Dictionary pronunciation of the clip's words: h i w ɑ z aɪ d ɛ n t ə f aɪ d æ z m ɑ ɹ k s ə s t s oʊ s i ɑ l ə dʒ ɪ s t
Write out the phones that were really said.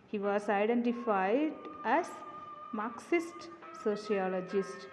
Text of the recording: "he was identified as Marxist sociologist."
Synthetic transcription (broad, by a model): h i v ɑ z aɪ d ɛ n t ə f aɪ d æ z m ɑ ɹ k s ə s t s oʊ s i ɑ l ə dʒ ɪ s t